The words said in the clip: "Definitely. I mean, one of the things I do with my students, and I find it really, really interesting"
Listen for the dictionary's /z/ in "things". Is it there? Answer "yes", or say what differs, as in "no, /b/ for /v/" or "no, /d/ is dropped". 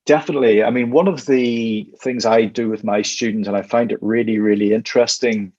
yes